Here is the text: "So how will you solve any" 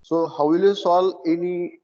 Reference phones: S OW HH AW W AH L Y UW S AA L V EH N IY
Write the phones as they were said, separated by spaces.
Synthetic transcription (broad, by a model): S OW HH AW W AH L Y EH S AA L EH N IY